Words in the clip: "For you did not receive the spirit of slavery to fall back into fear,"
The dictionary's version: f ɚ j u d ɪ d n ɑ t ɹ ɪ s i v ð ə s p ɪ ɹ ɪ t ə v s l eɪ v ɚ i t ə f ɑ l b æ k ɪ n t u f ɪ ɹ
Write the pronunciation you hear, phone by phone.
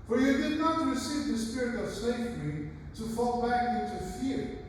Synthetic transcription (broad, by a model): f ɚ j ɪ d ɪ d n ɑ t ɹ ɪ s i v ð ə s p ɪ ɹ ɪ t ə v s eɪ f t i t ə f ɑ l b æ k ɪ n t u f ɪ ɹ